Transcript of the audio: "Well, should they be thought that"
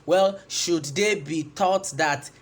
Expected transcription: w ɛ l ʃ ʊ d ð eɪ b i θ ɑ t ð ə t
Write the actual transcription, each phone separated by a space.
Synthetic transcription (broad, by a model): w ɛ l ʃ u d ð eɪ b i t ɑ t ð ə t